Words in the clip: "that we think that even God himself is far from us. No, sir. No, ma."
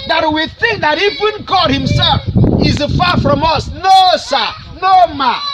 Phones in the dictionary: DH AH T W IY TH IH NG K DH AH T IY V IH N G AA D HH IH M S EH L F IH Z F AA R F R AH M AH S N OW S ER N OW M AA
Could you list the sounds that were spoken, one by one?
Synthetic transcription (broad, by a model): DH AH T W IY TH IH NG K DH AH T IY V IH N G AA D HH IH M S EH L F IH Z F AA F R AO M AH S N OW S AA N OW M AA